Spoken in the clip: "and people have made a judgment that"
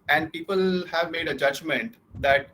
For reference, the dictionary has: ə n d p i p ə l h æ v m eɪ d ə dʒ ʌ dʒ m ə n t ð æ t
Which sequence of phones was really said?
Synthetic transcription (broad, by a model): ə n d p i p ə l h æ v m eɪ d ə dʒ ʌ dʒ m ə n t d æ t